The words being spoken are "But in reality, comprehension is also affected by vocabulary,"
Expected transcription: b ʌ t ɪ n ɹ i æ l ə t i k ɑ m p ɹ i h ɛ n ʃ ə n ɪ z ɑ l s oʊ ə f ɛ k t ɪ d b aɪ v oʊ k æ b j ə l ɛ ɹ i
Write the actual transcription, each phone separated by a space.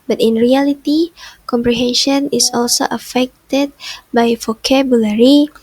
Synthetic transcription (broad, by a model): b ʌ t ɪ n ɹ i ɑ l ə t i k ɑ m p ɹ i h ɛ n ʃ ə n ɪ s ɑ l s oʊ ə f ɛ k t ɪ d b aɪ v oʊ k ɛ b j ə l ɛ ɹ i